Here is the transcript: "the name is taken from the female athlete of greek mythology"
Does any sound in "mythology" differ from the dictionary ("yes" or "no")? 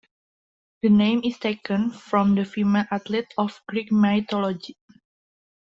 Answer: yes